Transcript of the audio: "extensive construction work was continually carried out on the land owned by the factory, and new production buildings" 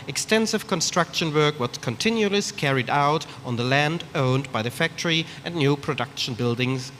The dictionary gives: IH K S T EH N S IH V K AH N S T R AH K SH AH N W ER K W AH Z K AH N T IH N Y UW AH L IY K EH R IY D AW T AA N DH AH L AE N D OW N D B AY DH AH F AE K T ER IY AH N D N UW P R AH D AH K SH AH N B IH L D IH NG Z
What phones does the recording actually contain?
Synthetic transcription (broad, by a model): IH K S T EH N S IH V K AH N S T R AH K SH AH N W ER K W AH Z K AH N T IH N Y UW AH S K EH R IY D AW T N DH AH L AE N D OW N B AY DH AH F AE K T ER IY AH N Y UW P R AH D AH K SH AH N B IH L D IH NG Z